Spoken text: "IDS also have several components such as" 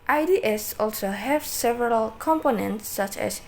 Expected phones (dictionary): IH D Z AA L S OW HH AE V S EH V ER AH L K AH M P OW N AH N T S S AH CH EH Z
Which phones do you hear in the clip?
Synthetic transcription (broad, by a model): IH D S AA L S OW HH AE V S EH V ER AH L K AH M P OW N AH N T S S AH CH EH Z